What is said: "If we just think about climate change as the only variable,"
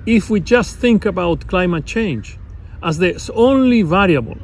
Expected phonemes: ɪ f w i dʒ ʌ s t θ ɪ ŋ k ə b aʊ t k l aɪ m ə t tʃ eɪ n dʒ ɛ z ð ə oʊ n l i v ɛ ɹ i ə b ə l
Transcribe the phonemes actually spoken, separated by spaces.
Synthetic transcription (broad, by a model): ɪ f w i dʒ ʌ s t θ ɪ ŋ k ə b aʊ t k l aɪ m ə t tʃ eɪ n dʒ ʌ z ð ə oʊ n l i v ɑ ɹ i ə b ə l